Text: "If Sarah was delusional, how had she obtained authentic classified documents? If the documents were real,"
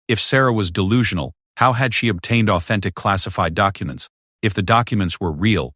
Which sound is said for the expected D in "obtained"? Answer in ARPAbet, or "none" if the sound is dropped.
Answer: D